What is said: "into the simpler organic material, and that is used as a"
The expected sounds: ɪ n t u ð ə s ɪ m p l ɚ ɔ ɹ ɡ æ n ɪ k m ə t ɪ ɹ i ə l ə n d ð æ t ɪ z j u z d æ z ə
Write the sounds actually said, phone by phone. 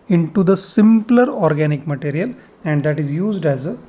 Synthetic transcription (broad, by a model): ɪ n t u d ə s ɪ m p l ɚ ɔ ɹ ɡ æ n ɪ k m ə t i ɹ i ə l ə n d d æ t ɪ z j u z d æ z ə